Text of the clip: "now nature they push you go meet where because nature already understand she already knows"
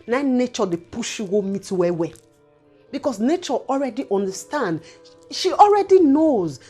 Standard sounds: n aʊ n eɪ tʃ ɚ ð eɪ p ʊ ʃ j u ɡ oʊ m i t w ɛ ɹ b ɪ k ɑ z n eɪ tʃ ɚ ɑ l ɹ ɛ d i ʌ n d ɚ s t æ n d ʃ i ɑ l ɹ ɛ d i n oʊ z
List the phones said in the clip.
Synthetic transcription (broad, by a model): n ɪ n eɪ tʃ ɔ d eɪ p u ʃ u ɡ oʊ m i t w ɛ w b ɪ k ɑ s n eɪ tʃ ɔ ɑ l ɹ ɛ d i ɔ n d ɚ s t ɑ n d ʃ i ɑ l ɹ ɛ d i n oʊ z